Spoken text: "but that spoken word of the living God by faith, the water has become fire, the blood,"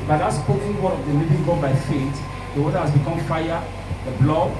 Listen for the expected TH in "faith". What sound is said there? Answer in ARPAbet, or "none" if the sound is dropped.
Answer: T